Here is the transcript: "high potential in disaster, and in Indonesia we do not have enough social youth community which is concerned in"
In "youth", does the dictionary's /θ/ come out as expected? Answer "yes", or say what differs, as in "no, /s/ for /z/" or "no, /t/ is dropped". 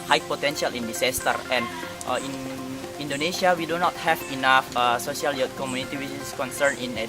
no, /t/ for /θ/